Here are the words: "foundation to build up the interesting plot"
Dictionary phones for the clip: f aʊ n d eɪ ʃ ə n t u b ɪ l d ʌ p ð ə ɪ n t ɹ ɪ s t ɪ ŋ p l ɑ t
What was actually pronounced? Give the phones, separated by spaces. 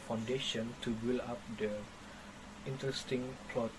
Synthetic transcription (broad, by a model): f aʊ n d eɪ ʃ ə n t u b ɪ l ɑ p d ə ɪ n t ɹ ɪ s t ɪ ŋ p l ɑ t